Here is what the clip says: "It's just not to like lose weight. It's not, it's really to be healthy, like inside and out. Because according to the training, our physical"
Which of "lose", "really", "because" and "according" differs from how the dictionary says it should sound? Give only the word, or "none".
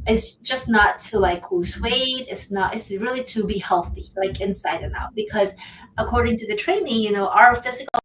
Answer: lose